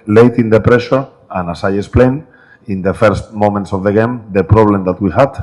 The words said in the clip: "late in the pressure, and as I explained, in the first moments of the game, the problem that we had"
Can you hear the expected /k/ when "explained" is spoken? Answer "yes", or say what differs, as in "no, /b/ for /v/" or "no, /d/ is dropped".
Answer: no, /k/ is dropped